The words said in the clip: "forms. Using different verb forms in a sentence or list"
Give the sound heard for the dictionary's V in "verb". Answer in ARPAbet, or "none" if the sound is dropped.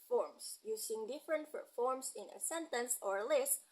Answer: P